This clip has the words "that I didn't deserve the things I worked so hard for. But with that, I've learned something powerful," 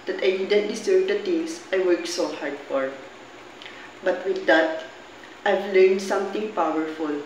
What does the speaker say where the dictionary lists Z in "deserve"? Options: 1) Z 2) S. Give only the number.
2